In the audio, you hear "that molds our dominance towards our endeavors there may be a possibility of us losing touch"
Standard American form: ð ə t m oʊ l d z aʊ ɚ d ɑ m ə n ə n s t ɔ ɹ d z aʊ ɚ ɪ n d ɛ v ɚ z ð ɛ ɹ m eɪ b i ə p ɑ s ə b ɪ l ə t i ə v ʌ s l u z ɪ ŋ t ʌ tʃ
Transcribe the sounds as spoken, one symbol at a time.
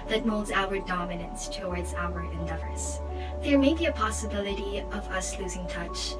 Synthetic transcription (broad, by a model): ð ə t m oʊ l d z aʊ ɚ d ɑ m ə n ə n s t ɔ ɹ d z aʊ ɚ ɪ n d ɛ v ɚ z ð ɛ ɹ m eɪ b i ə p ɑ s ə b ɪ l ə t i ə v ʌ s l u z ɪ ŋ t ʌ tʃ